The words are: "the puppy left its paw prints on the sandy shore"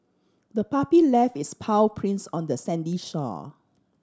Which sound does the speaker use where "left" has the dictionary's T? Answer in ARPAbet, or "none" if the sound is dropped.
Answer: none